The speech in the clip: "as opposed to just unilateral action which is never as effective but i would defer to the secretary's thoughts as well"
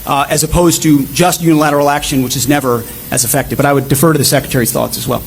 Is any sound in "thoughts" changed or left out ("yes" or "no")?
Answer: no